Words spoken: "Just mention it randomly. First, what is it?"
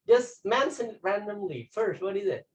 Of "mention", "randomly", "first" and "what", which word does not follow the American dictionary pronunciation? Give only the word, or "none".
mention